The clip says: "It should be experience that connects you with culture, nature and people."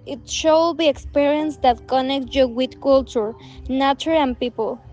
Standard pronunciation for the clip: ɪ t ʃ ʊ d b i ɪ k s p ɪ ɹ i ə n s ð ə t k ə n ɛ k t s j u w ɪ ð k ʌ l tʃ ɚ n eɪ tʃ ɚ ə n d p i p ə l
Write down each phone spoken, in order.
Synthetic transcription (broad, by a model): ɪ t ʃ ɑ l b i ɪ k s p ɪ ɹ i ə n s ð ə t k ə n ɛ k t j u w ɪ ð k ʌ l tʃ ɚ n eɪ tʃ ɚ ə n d p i p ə l